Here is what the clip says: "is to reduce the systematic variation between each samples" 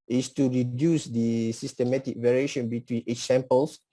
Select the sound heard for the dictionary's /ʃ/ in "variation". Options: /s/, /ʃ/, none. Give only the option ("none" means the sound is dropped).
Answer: /ʃ/